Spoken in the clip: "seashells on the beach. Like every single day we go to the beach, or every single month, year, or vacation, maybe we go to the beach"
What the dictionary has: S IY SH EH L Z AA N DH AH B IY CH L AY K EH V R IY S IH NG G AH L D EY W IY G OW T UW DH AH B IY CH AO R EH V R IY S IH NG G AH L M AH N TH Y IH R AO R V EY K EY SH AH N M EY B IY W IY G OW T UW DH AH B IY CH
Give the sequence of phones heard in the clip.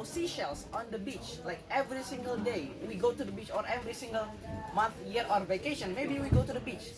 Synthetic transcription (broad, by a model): S IY SH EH L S AA N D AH B IY CH L AY K EH V R IY S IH NG G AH L D EY W IY G OW T UW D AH B IY CH AO R EH V R IY S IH NG G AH L M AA N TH Y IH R AO R V EY K EY SH AH N M EY B IY W IY G OW T UW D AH B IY CH